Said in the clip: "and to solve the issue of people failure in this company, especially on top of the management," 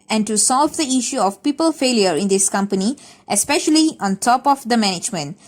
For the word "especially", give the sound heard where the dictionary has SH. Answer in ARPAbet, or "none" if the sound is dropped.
SH